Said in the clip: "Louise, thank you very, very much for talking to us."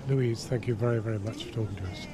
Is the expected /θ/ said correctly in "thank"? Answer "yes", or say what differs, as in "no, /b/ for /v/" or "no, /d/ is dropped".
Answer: yes